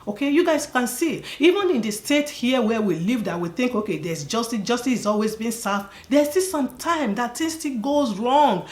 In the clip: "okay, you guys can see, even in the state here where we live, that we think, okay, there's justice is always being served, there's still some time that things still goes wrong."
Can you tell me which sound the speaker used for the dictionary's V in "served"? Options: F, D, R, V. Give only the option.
F